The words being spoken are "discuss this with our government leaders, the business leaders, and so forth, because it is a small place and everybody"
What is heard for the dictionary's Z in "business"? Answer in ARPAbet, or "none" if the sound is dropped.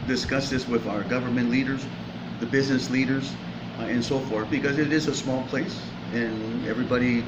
Z